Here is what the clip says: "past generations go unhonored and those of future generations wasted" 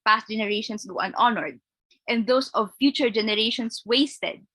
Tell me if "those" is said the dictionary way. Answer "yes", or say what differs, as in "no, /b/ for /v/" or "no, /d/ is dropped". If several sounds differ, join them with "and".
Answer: no, /s/ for /z/